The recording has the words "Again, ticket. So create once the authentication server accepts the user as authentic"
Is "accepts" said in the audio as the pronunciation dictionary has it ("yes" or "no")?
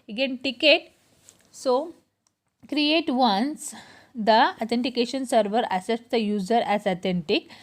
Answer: no